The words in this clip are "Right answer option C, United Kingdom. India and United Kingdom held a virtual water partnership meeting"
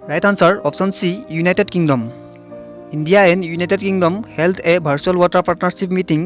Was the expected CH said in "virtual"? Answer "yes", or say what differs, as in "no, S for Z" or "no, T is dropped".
no, S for CH